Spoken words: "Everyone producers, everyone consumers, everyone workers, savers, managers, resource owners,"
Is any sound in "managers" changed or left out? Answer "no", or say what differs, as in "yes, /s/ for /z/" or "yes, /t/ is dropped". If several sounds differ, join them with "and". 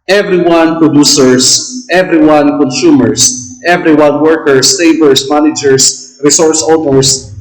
yes, /s/ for /z/